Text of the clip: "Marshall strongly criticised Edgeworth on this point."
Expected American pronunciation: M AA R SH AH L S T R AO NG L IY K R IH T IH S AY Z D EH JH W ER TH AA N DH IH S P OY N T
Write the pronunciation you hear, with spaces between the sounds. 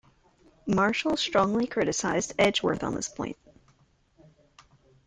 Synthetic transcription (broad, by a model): M AA R SH L S T R AO NG L IY K R IH T IH S AY Z D EH JH W ER TH N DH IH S P OY N T